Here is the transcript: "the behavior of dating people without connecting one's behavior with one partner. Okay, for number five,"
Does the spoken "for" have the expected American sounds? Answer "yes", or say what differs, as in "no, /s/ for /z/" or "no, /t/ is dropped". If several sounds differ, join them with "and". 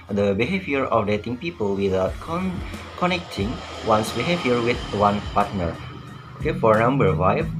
yes